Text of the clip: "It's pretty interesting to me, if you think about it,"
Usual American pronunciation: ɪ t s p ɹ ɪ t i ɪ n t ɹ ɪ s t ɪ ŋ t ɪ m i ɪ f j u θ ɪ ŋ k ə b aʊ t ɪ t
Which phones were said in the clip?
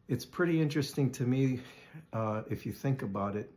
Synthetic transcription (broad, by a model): ɪ t s p ɹ ɪ t i ɪ n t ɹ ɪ s t ɪ ŋ t ɪ m i ɪ f j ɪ θ ɪ ŋ k ə b aʊ t ɪ t